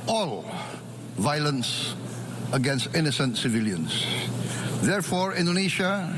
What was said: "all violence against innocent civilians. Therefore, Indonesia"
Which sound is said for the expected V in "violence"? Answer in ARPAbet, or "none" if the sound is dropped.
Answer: V